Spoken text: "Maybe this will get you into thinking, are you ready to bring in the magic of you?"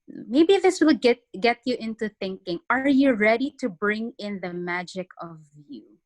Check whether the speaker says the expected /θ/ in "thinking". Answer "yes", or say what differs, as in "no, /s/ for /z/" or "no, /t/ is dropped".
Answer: yes